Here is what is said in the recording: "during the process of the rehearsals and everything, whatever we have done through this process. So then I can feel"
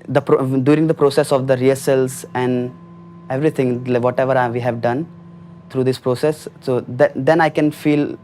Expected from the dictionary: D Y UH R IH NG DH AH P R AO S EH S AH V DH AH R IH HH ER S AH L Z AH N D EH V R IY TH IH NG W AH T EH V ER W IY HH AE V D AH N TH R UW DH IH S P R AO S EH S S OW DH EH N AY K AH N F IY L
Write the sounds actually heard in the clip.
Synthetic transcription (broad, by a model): D Y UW R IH NG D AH P R AO S EH S AH V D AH R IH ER S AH L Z AH N D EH V R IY T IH NG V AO T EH V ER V IY HH AE V D AH N T R UW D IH S P R AO S EH S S OW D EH N AY K AH N F IY L